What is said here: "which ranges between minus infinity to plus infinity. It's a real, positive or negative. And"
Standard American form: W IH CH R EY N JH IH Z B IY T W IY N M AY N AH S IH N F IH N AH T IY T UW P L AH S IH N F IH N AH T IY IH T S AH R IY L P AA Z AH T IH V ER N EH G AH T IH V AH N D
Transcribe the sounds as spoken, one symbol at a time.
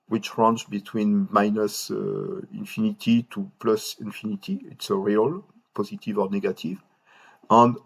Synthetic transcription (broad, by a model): W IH CH R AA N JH B IY T W IY N M AY N AH S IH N F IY N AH T IY T UW P L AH S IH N F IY N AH T IY IH T S AH R IY L P AA Z AH T IH V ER N EH G AH T IH V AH N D